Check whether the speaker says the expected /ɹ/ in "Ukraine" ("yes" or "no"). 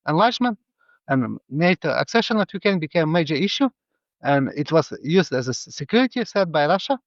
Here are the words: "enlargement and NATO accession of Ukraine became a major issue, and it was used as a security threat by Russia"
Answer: no